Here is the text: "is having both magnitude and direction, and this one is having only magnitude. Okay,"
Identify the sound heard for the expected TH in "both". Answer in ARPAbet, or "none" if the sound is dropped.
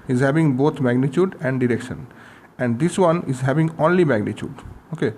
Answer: T